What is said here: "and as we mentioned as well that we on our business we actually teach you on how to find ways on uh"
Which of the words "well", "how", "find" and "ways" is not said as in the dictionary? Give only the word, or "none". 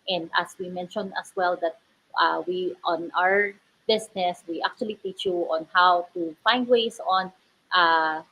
ways